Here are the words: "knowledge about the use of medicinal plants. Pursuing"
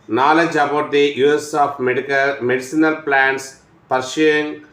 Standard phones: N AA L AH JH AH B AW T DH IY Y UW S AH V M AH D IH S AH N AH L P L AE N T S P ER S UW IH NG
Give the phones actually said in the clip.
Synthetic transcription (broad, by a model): N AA L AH JH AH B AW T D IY Y UW S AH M M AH D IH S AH N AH L P L AE N T S P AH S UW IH NG